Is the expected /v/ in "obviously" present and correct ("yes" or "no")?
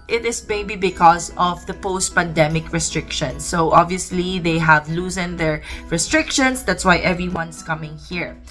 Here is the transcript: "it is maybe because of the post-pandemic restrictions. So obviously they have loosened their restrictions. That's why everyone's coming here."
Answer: yes